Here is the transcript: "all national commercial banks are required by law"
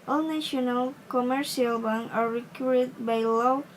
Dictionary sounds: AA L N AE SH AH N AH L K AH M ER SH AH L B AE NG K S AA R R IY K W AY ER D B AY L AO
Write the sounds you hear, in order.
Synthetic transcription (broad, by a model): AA L N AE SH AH N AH L K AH M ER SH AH L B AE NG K AA R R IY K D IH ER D B AY L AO